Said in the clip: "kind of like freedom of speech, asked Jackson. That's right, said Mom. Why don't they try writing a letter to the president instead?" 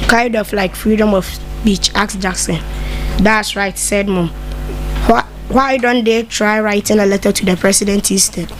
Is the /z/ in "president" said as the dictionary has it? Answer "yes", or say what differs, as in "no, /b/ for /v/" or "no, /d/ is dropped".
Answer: no, /s/ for /z/